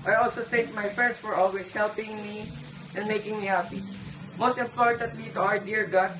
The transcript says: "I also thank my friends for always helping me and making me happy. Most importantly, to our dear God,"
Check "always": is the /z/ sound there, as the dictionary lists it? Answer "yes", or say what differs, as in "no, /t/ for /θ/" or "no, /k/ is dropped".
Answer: no, /s/ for /z/